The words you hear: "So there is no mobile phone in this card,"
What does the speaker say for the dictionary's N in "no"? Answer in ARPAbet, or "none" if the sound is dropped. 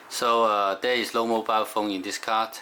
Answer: L